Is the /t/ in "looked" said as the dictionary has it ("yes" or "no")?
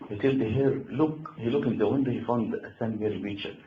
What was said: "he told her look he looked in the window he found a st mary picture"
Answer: no